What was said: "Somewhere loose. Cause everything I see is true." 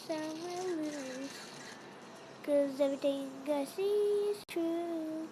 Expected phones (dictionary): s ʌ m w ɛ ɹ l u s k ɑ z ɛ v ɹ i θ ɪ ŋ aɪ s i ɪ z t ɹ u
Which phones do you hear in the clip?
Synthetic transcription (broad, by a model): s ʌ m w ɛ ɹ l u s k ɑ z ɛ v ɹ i t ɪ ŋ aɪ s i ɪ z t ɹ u